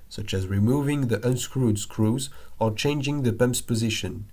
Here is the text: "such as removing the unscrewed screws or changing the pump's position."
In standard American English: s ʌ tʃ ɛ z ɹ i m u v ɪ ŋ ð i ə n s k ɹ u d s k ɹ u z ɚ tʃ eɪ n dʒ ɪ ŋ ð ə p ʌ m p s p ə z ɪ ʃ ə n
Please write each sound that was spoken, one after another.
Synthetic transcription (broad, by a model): s ʌ tʃ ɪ z ɹ i m u v ɪ ŋ ð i ə n s k ɹ u d s k ɹ u z ɚ tʃ eɪ n dʒ ɪ ŋ ð ə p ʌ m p s p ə z ɪ ʃ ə n